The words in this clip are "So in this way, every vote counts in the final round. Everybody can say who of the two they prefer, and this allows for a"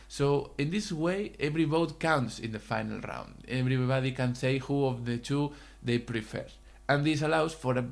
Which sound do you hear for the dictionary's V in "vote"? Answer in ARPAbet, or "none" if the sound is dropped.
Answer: B